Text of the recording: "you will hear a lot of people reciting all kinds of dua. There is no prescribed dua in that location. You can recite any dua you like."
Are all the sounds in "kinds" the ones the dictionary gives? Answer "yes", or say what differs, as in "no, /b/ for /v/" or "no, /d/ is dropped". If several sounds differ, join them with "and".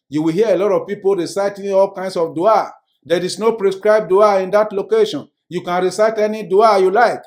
no, /s/ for /z/